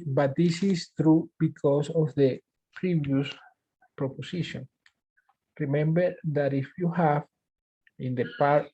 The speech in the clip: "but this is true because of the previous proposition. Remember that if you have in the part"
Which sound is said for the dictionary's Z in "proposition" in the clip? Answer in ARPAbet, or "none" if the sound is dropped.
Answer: S